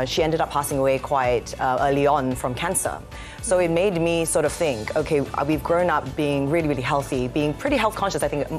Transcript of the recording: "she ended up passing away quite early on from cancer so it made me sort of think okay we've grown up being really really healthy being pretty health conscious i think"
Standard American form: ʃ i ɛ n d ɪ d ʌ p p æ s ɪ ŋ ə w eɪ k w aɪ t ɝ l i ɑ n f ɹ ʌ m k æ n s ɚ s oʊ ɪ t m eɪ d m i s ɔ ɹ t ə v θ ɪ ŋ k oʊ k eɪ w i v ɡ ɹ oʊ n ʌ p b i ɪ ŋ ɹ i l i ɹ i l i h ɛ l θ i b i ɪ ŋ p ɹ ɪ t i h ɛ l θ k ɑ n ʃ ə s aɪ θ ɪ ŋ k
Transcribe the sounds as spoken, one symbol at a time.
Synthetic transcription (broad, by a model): ʃ i ɛ n d ɪ d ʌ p p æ s ɪ ŋ ə w eɪ k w aɪ t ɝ l i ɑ n f ɹ ʌ m k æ n s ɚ s oʊ ɪ t m eɪ d m i s ɔ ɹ t ə v θ ɪ ŋ k oʊ k eɪ w i v ɡ ɹ oʊ n ʌ p b i ɪ ŋ ɹ i l i ɹ i l i h ɛ l θ i b i ɪ ŋ p ɹ ɪ t i h ɛ l θ k ɑ n ʃ ə s aɪ θ ɪ ŋ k